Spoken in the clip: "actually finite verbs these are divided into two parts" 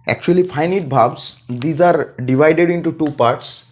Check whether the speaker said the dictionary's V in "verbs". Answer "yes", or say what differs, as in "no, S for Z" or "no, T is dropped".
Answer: no, B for V